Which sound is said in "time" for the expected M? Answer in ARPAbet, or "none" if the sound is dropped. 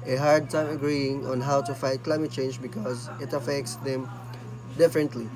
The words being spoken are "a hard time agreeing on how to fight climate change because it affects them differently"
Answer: M